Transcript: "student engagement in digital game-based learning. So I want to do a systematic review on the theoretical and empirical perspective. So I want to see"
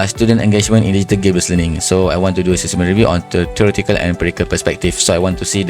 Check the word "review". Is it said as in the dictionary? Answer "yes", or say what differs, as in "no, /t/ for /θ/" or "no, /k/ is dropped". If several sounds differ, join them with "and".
yes